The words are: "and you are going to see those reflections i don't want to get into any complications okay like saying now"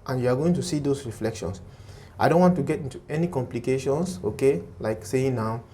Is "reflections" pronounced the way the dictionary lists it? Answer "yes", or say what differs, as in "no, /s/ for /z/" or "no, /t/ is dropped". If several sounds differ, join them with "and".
no, /s/ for /z/